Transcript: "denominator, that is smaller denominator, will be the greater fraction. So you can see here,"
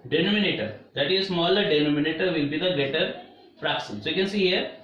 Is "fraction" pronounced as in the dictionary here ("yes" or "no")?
no